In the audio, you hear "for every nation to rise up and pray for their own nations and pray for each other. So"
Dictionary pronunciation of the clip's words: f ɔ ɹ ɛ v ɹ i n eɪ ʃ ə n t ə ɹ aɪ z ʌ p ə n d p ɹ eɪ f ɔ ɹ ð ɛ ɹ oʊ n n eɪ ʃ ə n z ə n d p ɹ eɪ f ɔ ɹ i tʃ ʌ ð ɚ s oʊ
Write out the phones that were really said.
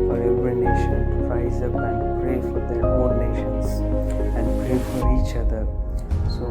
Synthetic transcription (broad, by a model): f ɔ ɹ ɛ v ɹ i n eɪ ʃ ə n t ɹ aɪ z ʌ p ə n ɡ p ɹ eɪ f ɔ ɹ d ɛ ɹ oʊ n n eɪ ʃ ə n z ə n d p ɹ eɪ f ɔ ɹ i tʃ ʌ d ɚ s oʊ